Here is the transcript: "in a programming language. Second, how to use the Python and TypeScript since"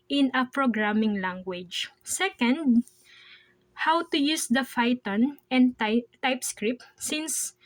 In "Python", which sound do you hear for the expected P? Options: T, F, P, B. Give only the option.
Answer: F